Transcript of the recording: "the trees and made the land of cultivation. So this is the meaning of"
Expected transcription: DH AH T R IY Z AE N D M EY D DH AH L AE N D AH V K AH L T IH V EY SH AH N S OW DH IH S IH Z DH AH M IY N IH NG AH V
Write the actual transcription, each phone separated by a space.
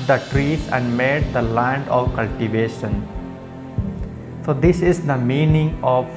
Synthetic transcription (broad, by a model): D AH T R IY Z AE N D M EY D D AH L AE N D AH V K AH L T IH V EY SH AH N S OW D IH S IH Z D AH M IY N IH NG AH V